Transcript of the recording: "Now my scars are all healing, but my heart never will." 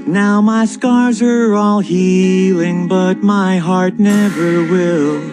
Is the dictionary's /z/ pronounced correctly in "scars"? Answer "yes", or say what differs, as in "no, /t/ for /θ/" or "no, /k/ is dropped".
yes